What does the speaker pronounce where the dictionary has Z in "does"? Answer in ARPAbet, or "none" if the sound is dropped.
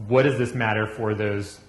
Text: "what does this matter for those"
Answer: Z